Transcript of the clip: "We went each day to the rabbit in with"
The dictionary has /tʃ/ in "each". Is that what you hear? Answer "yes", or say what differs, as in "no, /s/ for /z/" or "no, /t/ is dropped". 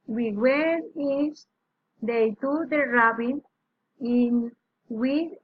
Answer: no, /s/ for /tʃ/